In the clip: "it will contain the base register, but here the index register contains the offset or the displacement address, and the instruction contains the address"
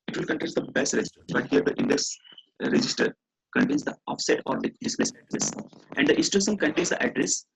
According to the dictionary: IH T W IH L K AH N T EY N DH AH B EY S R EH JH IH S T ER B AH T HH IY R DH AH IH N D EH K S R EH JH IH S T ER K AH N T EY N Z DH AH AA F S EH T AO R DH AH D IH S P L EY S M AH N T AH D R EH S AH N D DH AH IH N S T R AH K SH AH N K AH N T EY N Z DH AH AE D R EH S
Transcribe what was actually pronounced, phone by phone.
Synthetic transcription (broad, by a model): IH T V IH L K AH N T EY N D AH B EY S R EH JH IH S T ER B AH T HH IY R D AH IH N D EH K S R EH JH IH S T ER K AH N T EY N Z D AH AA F S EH T AO R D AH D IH S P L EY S AH T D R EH S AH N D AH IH S T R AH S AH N K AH N T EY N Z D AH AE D R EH S